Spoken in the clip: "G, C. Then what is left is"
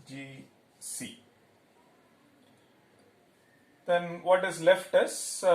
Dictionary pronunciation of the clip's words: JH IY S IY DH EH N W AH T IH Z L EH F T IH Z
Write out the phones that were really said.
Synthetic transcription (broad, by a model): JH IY S IY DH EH N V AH T IH Z L EH F T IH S